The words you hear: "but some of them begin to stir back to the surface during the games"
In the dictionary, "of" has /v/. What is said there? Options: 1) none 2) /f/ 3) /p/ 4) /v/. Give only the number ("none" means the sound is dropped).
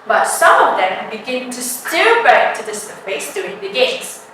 4